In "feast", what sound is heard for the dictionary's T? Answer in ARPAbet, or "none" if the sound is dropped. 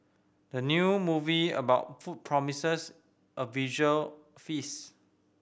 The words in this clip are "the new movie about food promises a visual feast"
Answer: none